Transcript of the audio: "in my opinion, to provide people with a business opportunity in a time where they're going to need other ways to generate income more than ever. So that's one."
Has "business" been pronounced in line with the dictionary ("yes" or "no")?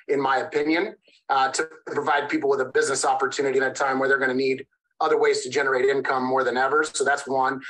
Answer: yes